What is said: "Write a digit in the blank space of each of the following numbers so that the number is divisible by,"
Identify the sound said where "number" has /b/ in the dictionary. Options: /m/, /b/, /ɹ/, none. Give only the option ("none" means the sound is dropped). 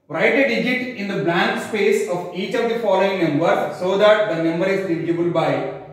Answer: /b/